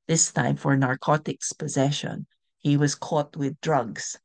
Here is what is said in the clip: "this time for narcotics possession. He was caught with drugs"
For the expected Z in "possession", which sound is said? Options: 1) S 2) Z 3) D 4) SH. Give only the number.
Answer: 2